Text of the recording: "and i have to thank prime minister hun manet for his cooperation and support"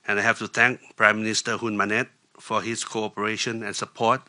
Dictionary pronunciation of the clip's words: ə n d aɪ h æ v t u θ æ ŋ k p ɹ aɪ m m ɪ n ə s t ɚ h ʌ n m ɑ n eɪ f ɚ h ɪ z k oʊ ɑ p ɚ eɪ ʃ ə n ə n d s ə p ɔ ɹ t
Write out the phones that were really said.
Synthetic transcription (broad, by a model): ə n aɪ h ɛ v t u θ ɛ ŋ k p ɹ aɪ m m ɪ n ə s t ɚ h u n m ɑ n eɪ f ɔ h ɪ s k oʊ ɑ p ɚ eɪ ʃ ə n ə n s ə p ɔ t